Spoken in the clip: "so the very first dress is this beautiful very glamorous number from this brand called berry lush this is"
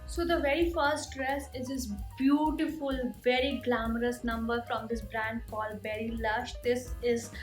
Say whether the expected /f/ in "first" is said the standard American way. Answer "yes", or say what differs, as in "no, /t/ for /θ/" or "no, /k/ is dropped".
yes